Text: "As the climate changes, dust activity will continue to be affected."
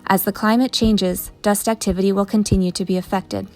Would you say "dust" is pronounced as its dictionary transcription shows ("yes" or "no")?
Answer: yes